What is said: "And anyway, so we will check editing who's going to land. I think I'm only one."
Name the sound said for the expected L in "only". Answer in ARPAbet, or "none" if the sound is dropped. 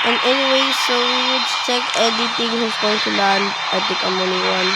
none